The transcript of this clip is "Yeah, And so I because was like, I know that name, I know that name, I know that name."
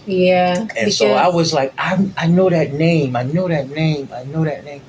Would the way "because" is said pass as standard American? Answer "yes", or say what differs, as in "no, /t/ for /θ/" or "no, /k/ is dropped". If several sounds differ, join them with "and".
no, /k/ is dropped and /z/ is dropped